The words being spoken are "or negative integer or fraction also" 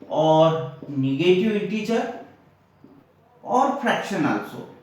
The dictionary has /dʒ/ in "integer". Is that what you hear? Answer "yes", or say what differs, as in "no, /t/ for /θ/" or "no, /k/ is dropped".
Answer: no, /tʃ/ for /dʒ/